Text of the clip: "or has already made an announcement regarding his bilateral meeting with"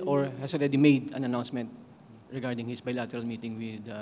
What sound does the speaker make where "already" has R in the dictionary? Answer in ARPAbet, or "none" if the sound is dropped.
R